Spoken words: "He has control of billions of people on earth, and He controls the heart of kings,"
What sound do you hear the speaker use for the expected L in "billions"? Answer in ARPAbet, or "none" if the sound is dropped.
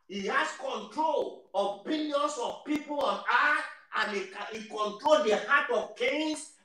N